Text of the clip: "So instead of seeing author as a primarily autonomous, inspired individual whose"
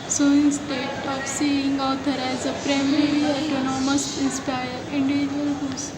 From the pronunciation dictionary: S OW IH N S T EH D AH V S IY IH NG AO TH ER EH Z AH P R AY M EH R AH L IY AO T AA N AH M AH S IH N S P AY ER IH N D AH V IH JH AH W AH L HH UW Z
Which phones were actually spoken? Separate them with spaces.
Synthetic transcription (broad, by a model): S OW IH N S T EH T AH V S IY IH NG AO T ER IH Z AH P R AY M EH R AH IY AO T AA N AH M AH S IH N S P AY ER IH N D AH V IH JH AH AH L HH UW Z